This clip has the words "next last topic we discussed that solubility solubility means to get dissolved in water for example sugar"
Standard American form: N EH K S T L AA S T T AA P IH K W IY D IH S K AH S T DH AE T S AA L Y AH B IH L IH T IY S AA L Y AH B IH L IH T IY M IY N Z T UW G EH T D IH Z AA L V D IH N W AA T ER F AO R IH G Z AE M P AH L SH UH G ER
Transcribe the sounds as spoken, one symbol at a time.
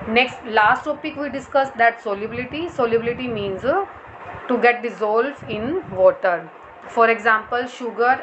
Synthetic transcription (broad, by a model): N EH K S T L AA S T T AA P IH K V IY D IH S K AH S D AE T S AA L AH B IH L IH T IY S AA L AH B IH L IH T IY M IY N Z T UW G EH T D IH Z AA L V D IH N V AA T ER F AO R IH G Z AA M P AH L SH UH G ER